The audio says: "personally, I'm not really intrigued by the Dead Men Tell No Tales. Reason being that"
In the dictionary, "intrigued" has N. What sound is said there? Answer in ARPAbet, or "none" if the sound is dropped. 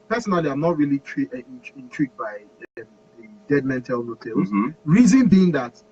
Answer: N